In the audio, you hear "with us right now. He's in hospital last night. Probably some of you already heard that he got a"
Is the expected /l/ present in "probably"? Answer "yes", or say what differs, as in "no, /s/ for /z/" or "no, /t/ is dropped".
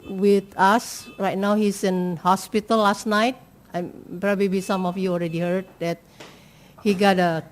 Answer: no, /l/ is dropped